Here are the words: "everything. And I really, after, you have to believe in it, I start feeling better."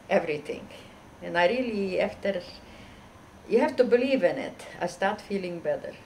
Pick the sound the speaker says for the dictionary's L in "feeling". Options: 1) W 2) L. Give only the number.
2